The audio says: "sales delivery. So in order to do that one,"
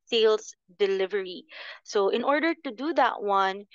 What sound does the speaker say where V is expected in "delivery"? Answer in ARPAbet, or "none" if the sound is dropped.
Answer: V